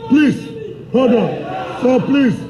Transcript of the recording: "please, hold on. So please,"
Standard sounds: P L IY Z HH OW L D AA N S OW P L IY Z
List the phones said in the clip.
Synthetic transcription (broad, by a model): P L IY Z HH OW D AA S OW P L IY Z